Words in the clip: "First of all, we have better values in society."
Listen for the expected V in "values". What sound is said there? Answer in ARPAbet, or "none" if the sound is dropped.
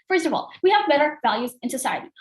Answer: V